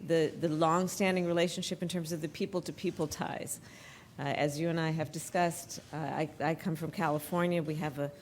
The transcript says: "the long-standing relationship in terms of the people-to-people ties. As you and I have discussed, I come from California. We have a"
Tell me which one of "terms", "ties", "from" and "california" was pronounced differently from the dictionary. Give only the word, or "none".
none